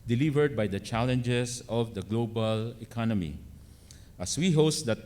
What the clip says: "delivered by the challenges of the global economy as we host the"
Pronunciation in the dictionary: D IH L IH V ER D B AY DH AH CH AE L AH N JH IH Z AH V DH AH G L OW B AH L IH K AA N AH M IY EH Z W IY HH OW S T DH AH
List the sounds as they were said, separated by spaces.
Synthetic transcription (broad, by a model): D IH L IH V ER D B AY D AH CH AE L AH N JH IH S AH V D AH G L OW B AH L IH K AA N AH M IY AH S W IY HH OW S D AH